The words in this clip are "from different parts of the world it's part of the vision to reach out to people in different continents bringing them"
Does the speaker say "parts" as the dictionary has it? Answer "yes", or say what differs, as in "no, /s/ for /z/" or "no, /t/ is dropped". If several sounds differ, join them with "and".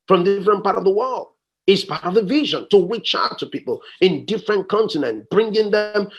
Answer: no, /s/ is dropped